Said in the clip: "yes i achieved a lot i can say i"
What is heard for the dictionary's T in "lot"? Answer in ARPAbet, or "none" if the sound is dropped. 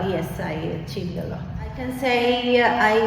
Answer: none